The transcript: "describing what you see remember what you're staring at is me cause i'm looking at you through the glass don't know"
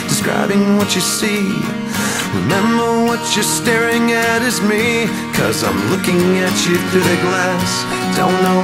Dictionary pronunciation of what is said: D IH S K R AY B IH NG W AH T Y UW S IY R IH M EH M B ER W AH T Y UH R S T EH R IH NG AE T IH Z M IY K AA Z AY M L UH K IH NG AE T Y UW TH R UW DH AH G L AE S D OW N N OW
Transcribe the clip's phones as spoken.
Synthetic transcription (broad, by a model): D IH S K R AY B IH NG W AH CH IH S IY R IH M EH M B ER W AH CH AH R S T EH R IH NG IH T IH Z M IY K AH Z AY M L UH K IH NG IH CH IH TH UW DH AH G L AE S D OW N N OW